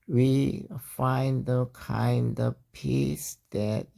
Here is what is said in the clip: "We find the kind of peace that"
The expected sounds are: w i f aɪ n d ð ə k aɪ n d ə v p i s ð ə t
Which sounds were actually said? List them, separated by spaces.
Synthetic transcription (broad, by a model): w i f aɪ n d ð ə k aɪ n d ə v p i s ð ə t